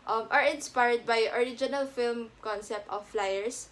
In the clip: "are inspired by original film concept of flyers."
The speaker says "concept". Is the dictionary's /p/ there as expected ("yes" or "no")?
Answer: yes